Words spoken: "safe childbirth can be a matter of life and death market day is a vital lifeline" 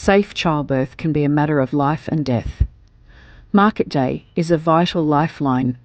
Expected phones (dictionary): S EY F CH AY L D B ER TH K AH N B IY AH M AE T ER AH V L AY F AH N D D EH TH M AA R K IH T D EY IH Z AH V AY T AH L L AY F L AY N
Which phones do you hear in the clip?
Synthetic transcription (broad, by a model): S EY F CH AY L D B ER TH K AH N B IY AH M AE T ER AH V L AY F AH N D D EH TH M AA R K IH T D EY IH Z AH V AY T L L AY F L AY N